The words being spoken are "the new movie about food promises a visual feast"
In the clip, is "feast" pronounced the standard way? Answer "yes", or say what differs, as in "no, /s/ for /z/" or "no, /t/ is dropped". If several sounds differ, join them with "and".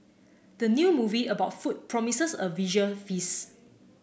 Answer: no, /t/ is dropped